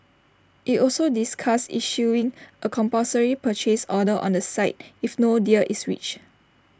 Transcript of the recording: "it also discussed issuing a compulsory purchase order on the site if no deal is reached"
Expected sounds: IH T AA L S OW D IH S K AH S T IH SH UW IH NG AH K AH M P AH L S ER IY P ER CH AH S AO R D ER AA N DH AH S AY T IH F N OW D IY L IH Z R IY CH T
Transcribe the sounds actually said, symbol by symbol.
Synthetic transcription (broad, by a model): IH T AA L S OW D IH S K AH S IH SH UW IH NG AH K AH M P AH S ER IY P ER CH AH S AO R D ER AA N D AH S AY T IH F N OW D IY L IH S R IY CH